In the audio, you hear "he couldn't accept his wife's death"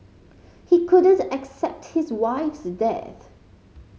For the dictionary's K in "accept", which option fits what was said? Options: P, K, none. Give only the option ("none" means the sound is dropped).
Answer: K